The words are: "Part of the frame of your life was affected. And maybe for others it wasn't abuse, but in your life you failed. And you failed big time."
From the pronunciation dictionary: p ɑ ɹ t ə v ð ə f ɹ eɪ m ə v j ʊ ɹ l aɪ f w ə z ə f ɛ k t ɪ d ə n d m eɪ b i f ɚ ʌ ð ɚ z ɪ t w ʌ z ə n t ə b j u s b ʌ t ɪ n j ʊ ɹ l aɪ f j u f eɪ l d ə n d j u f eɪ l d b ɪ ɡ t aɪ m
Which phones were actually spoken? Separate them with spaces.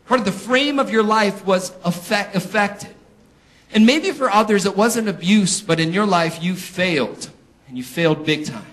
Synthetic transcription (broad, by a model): p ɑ ɹ t ə v ð ə f ɹ eɪ m ə v j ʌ ɹ l aɪ f w ə z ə f ɛ k t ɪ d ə n m eɪ b i f ɚ ʌ ð ɚ z ɪ t w ʌ z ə n ə b j u s b ʌ t ɪ n j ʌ ɹ l aɪ f j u f eɪ l d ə n j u f eɪ l d b ɪ ɡ t aɪ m